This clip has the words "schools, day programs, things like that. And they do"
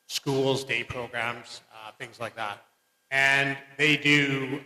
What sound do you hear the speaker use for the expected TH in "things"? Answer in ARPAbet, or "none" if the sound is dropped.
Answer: TH